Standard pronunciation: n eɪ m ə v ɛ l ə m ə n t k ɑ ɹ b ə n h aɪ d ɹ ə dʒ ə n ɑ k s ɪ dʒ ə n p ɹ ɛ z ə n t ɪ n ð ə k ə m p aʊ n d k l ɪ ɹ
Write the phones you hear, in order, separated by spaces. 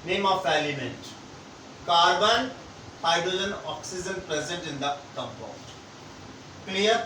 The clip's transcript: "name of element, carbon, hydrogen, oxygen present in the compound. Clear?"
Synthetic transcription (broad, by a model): n eɪ m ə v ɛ l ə m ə n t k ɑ ɹ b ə n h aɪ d ə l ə n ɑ k s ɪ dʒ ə n p ɹ ɛ z ə n t ɪ n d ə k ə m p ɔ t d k l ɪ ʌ